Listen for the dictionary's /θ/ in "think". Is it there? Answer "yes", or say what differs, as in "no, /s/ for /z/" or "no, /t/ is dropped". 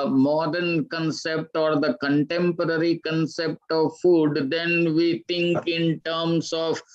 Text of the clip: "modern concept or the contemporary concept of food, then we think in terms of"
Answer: no, /t/ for /θ/